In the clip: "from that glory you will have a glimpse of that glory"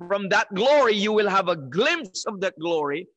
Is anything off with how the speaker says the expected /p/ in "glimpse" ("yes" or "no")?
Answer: no